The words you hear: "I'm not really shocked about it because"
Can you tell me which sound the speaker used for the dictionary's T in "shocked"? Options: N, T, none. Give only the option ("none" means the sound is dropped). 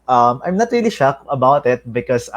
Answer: none